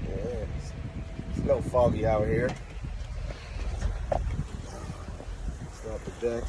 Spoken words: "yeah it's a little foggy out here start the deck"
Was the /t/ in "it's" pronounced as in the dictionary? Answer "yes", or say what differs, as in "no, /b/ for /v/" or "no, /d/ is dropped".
no, /s/ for /t/